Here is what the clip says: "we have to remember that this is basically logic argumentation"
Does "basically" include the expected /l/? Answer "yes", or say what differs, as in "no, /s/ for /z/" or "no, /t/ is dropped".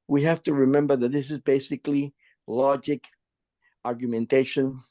yes